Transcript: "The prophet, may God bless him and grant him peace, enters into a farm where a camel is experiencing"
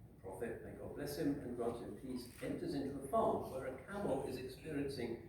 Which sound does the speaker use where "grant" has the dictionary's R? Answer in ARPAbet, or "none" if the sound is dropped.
none